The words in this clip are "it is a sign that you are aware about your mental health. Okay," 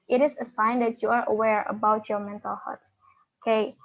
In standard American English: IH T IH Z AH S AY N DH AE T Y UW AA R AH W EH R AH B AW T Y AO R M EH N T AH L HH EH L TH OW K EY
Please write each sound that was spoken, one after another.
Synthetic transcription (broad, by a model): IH T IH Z AH S AY N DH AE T Y UW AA R AH W EH R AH B AW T Y AO R M EH N T AH L HH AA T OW K EY